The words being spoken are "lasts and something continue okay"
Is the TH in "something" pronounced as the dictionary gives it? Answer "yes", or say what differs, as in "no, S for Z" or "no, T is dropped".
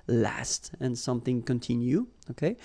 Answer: yes